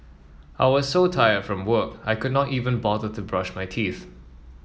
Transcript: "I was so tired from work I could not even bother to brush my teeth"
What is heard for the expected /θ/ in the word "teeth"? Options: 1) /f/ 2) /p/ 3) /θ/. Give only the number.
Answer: 3